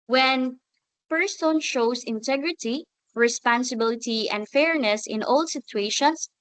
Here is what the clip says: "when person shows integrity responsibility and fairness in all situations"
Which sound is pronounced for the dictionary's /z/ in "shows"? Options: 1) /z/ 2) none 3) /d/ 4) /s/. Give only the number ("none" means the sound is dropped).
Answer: 4